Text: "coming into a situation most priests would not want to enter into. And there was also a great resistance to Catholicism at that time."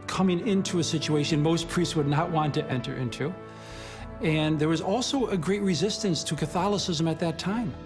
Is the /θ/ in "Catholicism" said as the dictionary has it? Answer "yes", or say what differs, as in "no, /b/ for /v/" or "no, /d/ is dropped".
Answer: yes